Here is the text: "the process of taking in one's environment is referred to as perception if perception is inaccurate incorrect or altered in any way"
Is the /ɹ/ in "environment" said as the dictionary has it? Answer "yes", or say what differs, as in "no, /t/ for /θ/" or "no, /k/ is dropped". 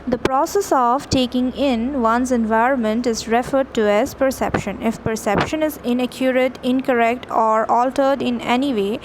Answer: yes